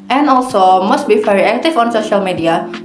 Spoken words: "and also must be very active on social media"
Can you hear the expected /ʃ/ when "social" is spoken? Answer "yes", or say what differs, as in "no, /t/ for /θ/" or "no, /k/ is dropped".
yes